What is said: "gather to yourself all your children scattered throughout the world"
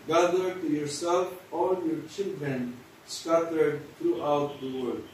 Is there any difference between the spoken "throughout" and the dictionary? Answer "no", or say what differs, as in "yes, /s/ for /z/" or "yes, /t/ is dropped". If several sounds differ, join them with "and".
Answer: yes, /t/ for /θ/